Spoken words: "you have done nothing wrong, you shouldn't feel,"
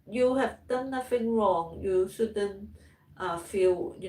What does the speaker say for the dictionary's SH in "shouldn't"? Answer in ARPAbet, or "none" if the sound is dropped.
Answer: S